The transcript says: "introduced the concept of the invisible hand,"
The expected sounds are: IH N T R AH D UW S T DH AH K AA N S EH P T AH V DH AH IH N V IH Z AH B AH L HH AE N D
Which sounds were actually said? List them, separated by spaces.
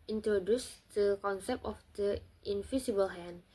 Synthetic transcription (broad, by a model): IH N T R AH D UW S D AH K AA N S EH P AH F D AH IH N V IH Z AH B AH L HH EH N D